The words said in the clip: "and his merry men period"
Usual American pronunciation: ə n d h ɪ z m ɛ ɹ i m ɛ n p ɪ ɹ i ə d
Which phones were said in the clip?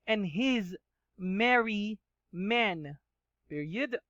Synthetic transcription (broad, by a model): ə n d h ɪ z m ɛ ɹ i m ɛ n p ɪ ɹ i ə d